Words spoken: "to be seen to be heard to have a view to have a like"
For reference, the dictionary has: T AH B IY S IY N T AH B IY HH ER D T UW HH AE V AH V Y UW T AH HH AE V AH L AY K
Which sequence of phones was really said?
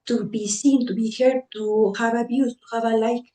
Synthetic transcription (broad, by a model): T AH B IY S IY N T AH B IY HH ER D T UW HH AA B AH B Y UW T AH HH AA B AH L AY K